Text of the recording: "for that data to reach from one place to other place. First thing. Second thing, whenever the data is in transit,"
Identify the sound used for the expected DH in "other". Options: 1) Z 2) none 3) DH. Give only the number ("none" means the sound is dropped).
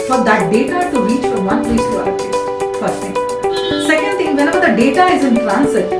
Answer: 2